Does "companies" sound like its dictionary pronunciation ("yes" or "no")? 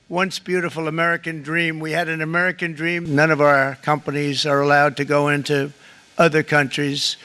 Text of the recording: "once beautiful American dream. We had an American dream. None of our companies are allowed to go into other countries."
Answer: yes